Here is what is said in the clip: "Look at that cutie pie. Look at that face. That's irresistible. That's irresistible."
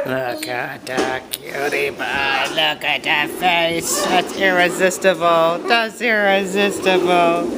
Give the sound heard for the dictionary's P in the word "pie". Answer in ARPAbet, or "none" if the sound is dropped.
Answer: B